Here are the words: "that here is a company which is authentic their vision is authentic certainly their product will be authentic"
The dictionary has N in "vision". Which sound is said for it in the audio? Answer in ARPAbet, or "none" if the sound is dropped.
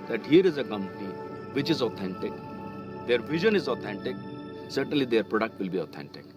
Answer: N